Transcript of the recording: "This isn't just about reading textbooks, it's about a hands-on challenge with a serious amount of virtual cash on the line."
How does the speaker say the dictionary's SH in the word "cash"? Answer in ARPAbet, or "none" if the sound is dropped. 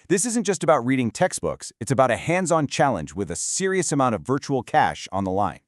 SH